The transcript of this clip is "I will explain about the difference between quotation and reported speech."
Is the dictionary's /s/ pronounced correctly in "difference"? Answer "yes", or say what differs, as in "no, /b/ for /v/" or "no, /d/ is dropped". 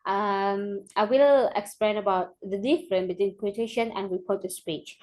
no, /s/ is dropped